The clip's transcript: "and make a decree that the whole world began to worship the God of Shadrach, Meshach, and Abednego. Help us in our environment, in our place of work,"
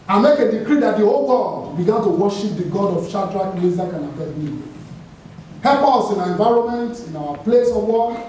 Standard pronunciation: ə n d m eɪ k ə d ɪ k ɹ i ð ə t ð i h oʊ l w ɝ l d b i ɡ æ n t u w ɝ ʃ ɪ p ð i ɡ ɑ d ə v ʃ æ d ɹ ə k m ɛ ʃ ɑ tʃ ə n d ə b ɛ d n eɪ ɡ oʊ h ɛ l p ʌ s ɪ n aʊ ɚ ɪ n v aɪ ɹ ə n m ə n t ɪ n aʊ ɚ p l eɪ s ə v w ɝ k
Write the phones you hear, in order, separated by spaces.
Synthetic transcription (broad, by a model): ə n m eɪ k ə d ɪ k ɹ i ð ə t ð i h oʊ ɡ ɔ d b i ɡ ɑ n t u w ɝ ʃ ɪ p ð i ɡ ɑ d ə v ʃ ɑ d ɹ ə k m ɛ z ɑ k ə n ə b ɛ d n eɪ h ɛ l p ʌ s ɪ n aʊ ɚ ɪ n v aɪ ɹ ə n m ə n t ɪ n aʊ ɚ p l eɪ s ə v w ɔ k